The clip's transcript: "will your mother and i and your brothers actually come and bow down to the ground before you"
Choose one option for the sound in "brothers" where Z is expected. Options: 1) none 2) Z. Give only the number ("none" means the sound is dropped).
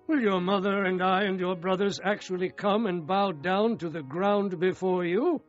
2